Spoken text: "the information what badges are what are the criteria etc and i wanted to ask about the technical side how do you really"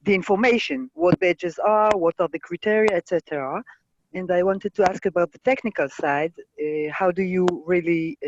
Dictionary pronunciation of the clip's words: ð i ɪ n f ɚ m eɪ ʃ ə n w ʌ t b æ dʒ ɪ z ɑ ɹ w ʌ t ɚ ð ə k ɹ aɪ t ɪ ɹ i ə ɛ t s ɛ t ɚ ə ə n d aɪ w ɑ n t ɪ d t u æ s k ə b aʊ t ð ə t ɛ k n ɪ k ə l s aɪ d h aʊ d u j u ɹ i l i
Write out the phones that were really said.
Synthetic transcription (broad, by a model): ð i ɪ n f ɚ m eɪ ʃ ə n w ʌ t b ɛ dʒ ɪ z ɑ ɹ w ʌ t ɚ ð ə k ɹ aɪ t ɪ ɹ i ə ɛ t s ɛ t ɚ ə ə n d aɪ w ɑ n t ɪ d t u æ s k ə b aʊ t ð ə t ɛ k n ɪ k ə l s aɪ d h aʊ d u j u ɹ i l i